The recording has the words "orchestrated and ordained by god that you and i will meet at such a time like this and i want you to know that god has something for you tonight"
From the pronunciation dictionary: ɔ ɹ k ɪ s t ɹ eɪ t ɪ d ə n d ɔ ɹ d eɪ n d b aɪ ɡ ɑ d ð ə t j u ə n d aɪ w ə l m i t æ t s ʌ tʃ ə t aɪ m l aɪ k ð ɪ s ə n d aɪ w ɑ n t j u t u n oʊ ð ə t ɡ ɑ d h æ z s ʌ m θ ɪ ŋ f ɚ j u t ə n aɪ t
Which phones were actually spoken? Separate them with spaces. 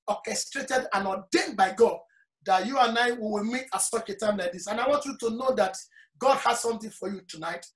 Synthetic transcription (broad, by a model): ɔ k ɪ s t ɹ eɪ t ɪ d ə n ɔ d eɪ n b aɪ ɡ ɑ d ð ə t j u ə n aɪ w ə w m i t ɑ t s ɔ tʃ ə t aɪ m l aɪ k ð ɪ s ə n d aɪ w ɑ n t j u t u n oʊ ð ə t ɡ ɑ d h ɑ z s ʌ m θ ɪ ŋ f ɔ j u t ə n aɪ t